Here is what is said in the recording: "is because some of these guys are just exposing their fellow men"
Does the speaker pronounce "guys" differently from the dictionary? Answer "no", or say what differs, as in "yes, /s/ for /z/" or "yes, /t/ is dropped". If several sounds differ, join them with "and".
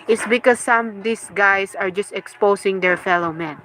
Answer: yes, /s/ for /z/